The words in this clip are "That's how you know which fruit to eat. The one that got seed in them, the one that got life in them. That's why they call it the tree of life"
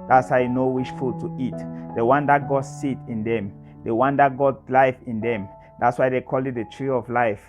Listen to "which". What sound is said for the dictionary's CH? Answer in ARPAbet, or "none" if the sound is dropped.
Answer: SH